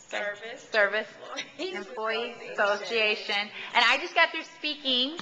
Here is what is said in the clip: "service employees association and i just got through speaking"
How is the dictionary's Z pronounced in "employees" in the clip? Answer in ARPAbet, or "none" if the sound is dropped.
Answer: none